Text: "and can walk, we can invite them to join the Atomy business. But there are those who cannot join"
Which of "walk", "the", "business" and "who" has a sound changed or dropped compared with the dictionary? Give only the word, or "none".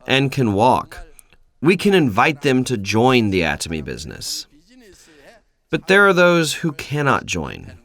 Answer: none